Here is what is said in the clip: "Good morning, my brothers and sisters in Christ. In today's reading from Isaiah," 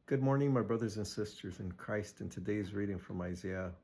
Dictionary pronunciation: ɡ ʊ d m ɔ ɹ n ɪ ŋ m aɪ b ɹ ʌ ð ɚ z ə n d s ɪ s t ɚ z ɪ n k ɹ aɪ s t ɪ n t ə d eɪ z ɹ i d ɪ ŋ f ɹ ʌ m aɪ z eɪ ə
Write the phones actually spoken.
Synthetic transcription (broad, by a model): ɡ ʊ d m ɔ ɹ n ɪ ŋ m aɪ b ɹ ʌ ð ɚ z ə n s ɪ s t ɚ z ɪ n k ɹ aɪ s t ɪ n t ə d eɪ z ɹ i d ɪ ŋ f ɹ ʌ m aɪ z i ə